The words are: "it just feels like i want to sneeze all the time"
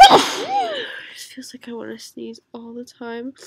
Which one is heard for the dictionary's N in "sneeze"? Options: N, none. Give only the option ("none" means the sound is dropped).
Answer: none